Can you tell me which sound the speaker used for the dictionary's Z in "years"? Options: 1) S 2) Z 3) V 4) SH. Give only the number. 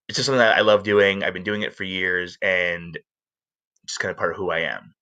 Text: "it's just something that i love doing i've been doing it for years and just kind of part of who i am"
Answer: 2